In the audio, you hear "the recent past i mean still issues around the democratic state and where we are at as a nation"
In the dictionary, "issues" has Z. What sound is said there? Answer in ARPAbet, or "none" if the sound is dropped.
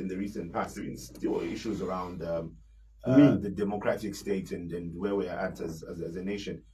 Z